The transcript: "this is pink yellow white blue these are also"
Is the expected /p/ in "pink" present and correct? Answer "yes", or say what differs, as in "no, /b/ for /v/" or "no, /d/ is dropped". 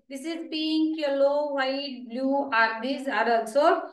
no, /b/ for /p/